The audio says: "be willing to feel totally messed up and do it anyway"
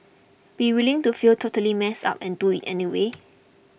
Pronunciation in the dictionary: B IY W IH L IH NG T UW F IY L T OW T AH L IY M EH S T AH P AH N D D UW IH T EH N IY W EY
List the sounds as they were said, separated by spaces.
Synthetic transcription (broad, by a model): B IY W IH L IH NG T UW F IY L T OW T AH L IY M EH S AA P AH N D D UW IH T EH N IY W EY